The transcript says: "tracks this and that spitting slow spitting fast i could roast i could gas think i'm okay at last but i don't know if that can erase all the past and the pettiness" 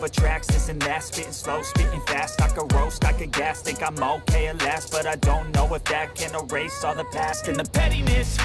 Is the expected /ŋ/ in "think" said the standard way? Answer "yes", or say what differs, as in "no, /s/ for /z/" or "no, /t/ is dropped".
no, /ŋ/ is dropped